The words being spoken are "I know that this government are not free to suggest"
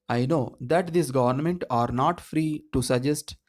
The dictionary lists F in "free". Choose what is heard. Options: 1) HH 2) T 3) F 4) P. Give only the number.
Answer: 3